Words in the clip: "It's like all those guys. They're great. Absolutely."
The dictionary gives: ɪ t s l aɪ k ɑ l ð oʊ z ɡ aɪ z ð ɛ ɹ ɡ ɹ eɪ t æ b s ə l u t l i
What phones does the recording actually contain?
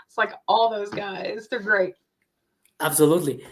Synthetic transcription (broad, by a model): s l aɪ k ɑ l ð oʊ z ɡ aɪ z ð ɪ ɡ ɹ eɪ t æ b s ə l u t l i